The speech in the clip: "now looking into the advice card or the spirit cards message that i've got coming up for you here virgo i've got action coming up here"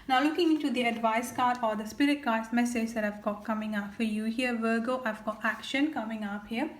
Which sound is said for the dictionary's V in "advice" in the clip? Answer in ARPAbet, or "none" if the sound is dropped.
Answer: V